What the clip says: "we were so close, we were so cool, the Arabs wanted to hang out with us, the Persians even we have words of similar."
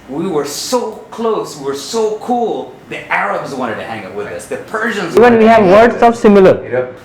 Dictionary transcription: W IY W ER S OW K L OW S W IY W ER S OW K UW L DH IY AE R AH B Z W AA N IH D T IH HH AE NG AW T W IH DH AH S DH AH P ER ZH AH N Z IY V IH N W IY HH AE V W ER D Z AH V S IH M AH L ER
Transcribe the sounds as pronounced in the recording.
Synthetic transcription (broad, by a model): W IY W ER S OW K L OW S W IY W ER S OW K UW L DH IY AE R AH B Z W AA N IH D T IH HH AE NG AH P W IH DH AH S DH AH P ER ZH AH N Z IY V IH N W IY HH AE V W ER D S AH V S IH M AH L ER